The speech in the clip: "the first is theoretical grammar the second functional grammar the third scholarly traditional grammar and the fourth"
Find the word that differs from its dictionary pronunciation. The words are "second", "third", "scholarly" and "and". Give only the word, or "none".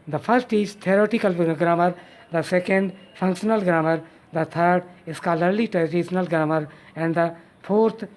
third